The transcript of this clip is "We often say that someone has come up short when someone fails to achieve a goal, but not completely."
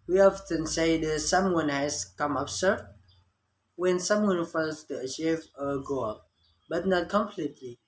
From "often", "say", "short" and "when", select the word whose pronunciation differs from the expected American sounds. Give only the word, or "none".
short